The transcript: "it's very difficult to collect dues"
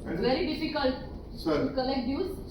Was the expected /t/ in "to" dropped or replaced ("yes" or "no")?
yes